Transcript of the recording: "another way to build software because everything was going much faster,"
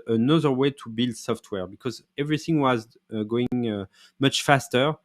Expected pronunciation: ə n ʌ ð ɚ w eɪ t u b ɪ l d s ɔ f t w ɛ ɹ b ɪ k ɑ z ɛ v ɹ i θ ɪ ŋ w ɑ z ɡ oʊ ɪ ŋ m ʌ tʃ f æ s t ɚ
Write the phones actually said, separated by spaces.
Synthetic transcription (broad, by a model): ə n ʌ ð ɚ w eɪ t u b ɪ l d s ɔ f t w ɛ ɹ b ɪ k ɑ z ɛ v ɹ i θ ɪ ŋ w ɑ z ɡ oʊ ɪ ŋ m ʌ tʃ f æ s t ɚ